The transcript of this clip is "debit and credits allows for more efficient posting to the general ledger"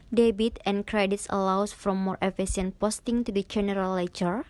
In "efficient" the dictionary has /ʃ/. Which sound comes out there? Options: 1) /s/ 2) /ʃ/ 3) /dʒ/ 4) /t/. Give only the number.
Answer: 1